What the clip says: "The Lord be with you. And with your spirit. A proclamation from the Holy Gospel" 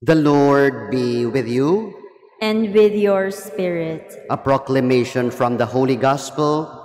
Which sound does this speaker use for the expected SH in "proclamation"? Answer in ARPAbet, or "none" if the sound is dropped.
SH